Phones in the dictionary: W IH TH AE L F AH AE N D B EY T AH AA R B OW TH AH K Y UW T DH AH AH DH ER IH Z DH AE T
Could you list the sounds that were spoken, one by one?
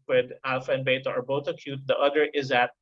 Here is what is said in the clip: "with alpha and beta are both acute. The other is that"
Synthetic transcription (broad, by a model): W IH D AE L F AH N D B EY T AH AA R B OW T AH K Y UW T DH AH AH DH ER IH Z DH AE T